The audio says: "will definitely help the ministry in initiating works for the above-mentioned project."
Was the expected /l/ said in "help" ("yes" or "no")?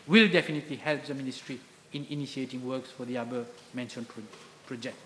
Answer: yes